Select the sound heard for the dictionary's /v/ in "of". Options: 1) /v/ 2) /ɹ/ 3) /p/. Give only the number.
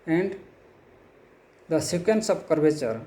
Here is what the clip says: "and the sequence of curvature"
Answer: 3